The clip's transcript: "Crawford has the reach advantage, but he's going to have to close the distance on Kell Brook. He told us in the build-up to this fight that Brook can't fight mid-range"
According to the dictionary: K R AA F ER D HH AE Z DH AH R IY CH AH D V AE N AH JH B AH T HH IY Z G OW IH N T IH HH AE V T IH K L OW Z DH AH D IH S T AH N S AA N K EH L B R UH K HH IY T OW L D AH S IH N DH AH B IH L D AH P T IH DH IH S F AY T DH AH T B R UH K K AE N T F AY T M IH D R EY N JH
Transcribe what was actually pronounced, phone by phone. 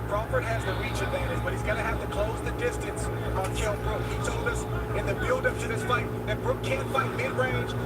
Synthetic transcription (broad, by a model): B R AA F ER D HH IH Z DH AH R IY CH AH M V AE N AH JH B AH T HH IY Z G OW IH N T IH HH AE F T IH K L OW Z DH AH D IH S T AH N S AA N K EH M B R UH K HH IY T OW L D AH S IH N DH AH B IH L D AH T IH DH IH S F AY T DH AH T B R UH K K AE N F AY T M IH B R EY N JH